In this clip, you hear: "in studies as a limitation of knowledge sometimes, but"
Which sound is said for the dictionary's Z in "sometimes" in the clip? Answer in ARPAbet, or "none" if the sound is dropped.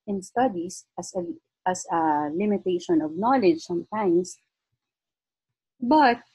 S